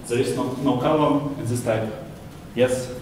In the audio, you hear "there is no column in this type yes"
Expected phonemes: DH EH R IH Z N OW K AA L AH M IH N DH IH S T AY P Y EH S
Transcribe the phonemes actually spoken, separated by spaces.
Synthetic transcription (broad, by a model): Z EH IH S N OW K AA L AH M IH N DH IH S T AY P Y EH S